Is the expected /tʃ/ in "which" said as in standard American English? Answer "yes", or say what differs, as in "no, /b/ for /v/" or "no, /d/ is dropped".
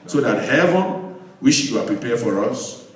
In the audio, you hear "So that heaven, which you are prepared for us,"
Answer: no, /ʃ/ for /tʃ/